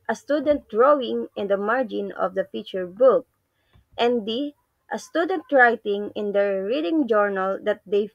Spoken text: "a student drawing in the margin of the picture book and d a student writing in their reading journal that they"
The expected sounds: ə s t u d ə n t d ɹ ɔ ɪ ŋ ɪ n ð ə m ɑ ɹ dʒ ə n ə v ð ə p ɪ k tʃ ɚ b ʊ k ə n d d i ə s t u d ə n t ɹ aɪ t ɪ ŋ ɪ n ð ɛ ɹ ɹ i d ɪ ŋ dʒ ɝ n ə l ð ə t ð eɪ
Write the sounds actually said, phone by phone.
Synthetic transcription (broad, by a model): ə s t u d ə n t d ɹ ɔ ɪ ŋ ɪ n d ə m ɑ ɹ dʒ ə n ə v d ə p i tʃ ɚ b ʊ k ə n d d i ə s t u d ə n t ɹ aɪ t ɪ ŋ ɪ n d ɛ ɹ ɹ i d ɪ ŋ dʒ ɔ n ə l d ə t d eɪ